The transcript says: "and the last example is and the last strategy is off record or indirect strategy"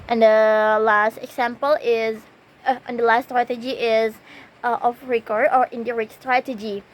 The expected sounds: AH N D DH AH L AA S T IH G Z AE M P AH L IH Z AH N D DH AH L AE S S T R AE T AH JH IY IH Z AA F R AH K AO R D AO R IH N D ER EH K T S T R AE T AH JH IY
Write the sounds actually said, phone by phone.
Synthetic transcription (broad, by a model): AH N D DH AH L AA S T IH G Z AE M P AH L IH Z AH N D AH L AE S S T R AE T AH JH IY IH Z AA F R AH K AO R AO R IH N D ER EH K S T R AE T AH JH IY